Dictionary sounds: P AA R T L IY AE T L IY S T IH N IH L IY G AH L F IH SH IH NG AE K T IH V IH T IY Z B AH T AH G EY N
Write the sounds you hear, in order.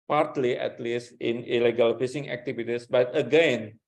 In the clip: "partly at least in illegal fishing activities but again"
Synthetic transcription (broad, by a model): P AA R T L IY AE T L IY S T IH N IH L IY G AH L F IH S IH NG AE K T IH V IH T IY S B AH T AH G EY N